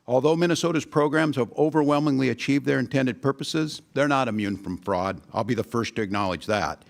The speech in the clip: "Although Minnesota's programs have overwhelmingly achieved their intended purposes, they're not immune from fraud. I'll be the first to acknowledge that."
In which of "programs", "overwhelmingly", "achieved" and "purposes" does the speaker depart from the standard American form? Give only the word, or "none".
none